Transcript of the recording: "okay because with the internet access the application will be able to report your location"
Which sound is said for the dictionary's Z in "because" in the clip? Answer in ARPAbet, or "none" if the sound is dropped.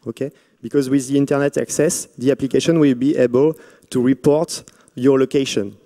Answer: Z